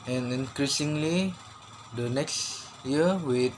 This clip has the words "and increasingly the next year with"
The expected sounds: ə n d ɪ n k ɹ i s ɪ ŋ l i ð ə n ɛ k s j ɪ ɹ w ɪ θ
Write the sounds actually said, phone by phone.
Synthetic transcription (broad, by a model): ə n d ɪ n k ɹ i s ɪ ŋ l i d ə n ɛ k s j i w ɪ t